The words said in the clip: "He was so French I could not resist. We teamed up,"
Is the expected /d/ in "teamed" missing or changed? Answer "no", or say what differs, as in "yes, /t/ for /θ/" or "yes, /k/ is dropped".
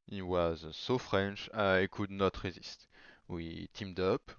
no